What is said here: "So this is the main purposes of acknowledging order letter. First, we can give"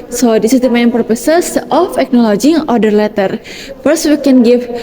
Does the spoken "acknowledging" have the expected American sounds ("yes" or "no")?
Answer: yes